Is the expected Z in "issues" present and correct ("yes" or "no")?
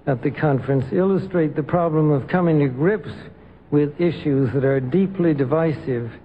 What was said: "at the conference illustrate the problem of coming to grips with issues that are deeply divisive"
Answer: yes